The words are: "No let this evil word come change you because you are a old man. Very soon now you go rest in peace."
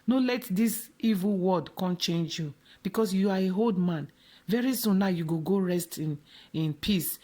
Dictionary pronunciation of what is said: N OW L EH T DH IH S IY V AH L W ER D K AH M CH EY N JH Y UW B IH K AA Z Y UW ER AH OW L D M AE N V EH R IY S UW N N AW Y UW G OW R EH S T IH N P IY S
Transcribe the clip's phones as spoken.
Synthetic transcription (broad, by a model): N OW L EH T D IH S IY V AH L W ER D K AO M CH EY N JH Y UW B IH K AA S Y UW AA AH OW L D M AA N V EH R IY S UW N N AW Y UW G OW R EH S T IH N P IY S